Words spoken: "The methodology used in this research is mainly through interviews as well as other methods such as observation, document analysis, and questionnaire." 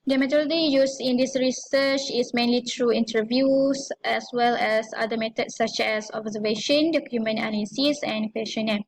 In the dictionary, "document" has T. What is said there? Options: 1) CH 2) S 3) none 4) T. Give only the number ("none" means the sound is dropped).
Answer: 3